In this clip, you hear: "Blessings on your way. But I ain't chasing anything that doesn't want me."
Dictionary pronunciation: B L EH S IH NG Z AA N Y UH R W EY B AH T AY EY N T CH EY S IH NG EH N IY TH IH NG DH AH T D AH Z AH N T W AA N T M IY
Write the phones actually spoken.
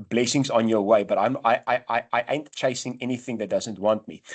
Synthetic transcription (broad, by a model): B L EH S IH NG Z AA N Y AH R W EY B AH T AY EY N T CH EY S IH NG EH N IY TH IH NG DH AH T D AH Z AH N T W AA N T M IY